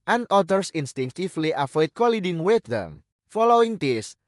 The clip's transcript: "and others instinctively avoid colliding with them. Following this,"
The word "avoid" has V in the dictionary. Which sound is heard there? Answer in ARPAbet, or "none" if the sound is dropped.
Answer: F